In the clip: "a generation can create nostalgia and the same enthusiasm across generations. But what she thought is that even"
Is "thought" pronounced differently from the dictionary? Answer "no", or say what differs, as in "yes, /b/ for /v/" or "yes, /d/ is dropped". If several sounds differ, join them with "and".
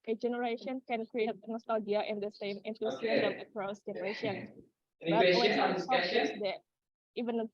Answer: yes, /s/ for /θ/